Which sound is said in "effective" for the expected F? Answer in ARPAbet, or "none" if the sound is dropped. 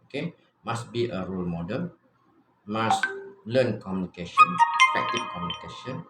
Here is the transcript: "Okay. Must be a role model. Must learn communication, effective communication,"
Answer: P